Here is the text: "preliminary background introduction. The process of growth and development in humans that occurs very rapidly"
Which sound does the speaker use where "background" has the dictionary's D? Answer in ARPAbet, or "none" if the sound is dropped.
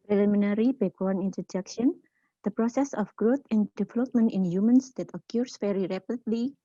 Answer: none